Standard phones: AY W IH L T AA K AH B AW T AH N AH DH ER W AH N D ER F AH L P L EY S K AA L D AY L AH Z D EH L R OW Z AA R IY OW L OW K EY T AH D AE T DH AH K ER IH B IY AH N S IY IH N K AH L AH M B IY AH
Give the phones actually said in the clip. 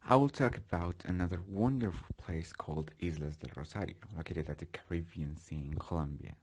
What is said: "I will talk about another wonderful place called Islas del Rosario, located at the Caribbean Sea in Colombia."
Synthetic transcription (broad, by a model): AY W IH L T AA K AH B AW T AH N AH DH ER W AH N D ER F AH L P L EY S K AA L D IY L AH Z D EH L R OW S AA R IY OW L OW K EY T AH D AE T DH AH K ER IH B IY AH N S IY IH N K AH L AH M B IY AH